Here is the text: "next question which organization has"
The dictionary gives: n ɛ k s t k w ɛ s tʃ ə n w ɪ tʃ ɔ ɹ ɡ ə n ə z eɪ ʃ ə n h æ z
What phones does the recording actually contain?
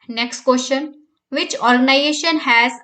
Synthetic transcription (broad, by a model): n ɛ k s t k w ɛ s ʃ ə n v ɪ tʃ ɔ ɹ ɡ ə n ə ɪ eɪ ʃ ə n h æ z